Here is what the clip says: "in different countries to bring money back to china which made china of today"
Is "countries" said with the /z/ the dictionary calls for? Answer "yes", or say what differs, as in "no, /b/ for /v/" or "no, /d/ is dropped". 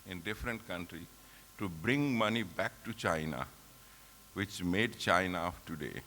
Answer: no, /z/ is dropped